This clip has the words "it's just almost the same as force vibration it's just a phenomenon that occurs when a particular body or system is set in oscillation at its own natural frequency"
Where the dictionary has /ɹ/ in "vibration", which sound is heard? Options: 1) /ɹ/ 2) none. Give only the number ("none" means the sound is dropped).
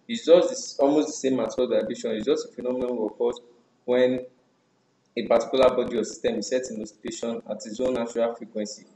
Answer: 2